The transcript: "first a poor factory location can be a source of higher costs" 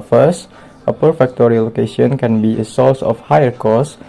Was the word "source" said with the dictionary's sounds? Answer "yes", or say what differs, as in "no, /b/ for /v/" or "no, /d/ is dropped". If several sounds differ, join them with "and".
no, /l/ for /ɹ/